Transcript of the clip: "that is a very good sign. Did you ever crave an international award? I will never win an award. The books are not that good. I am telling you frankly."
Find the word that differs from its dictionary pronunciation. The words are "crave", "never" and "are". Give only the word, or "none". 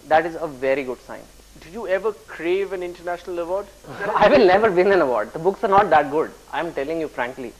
none